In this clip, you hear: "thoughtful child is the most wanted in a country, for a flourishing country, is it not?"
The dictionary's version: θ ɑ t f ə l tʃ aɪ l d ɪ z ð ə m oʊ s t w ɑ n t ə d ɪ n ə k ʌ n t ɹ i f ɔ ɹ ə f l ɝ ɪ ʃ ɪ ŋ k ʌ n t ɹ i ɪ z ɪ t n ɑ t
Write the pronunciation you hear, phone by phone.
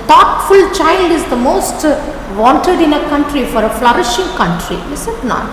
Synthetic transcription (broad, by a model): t ɑ t f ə l tʃ aɪ l d ɪ z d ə m oʊ s t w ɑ n t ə d ɪ n ə k ʌ n t ɹ i f ɔ ɹ ə f l ɝ ɪ ʃ ɪ ŋ k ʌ n t ɹ i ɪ s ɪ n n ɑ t